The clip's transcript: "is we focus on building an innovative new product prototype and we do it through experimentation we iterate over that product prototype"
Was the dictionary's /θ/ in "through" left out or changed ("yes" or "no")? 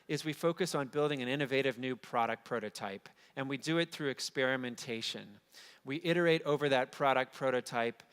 no